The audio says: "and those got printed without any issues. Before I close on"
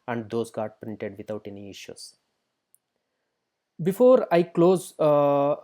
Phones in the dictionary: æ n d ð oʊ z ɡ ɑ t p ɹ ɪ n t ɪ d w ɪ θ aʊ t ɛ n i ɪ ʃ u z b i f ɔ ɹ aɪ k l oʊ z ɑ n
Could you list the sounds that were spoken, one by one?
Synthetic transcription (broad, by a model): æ n d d oʊ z ɡ ɑ t p ɹ ɪ n t ɪ d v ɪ t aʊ t ɛ n i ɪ ʃ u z b i f ɔ ɹ aɪ k l oʊ z